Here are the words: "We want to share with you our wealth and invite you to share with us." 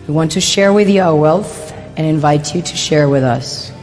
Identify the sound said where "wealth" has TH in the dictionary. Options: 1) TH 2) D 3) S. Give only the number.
1